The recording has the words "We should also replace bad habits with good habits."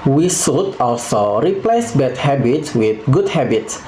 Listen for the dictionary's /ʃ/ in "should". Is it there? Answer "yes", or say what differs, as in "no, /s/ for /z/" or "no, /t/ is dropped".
no, /s/ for /ʃ/